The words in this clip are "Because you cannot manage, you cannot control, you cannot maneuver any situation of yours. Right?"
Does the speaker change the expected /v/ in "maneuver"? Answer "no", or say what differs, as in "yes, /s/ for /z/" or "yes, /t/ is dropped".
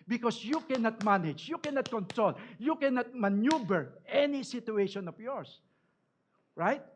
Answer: yes, /b/ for /v/